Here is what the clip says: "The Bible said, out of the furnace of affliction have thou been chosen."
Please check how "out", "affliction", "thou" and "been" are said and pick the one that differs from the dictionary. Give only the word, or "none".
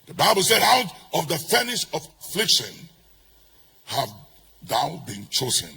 none